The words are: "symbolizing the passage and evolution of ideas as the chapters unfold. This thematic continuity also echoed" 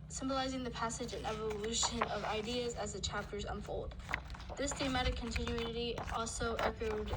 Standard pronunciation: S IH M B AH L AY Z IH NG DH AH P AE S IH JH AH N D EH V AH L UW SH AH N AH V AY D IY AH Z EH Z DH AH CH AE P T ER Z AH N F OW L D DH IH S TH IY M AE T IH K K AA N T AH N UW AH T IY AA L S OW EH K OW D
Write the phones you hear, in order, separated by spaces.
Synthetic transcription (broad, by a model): S IH M B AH L AY Z IH NG DH AH P AE S IH JH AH N EH V AH L UW SH AH N AH V AY D IY AH Z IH Z DH AH CH AE P T ER Z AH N F OW L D DH IH S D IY M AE T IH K K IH N T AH N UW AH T IY AA L S OW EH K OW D